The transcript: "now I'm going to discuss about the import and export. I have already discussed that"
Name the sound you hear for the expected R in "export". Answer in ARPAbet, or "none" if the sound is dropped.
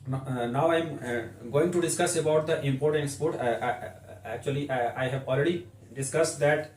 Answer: L